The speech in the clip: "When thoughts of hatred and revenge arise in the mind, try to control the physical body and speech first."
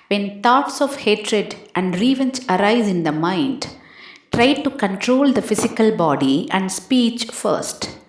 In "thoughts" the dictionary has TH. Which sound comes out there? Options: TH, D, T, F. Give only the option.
T